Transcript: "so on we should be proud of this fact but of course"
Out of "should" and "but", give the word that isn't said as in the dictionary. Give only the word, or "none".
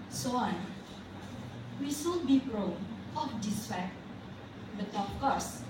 should